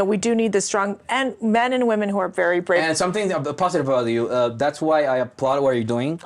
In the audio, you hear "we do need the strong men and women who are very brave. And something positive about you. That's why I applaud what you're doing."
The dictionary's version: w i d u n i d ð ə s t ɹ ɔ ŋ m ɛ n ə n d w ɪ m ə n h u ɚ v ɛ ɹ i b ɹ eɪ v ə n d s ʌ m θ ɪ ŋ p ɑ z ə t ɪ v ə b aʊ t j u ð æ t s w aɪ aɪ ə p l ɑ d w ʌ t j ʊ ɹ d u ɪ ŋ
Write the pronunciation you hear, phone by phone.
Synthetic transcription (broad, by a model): w i d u n i d ð ə s t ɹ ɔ ŋ m ɛ n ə n w ɪ m ə n h u ɚ v ɛ ɹ i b ɹ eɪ ə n s ʌ m θ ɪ ŋ p ɑ z ə t ɪ v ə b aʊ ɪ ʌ ð æ t s w aɪ aɪ ə p l ɑ d w ʌ t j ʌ ɹ d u ɪ ŋ